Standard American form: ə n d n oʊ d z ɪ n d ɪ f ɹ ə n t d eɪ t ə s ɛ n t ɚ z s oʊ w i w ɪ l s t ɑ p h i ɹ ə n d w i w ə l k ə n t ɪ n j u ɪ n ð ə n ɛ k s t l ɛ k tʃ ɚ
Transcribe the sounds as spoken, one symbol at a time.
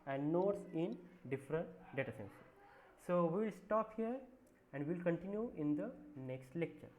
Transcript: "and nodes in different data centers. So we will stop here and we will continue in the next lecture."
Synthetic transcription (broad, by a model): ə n d n oʊ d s ɪ n d ɪ f ɹ ə n t d eɪ t ə s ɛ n s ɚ s oʊ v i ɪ l s t ɑ p h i ɹ ə n d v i l k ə n t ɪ n j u ɪ n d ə n ɛ k s t l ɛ k tʃ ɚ